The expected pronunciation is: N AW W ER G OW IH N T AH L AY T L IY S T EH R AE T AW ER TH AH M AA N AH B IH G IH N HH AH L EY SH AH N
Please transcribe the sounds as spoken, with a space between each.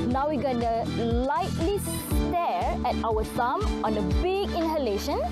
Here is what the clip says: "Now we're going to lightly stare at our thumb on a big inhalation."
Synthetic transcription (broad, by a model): N AW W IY G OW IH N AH L AY T L IY S T EH R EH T AW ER S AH M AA N AH B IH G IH N HH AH L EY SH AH N